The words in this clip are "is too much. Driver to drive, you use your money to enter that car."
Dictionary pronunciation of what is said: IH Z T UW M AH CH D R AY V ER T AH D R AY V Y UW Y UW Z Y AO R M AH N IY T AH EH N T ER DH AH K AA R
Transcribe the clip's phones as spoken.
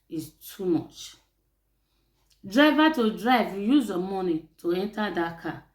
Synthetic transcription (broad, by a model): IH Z T UW M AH CH D R AY V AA T AH D R AY V Y UW Y UW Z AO M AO N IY T AH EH N T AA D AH K AA